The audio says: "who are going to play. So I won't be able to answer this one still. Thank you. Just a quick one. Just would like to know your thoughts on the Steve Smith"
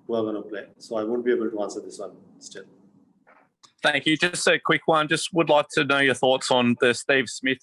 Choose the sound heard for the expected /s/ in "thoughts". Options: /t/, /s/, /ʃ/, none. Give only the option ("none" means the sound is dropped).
/s/